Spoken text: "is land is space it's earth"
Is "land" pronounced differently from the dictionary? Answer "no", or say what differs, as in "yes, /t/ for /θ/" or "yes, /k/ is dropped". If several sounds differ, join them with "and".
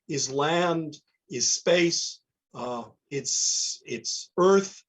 no